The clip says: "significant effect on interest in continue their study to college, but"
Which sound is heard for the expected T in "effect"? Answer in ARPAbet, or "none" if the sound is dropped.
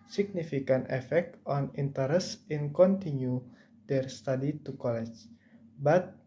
T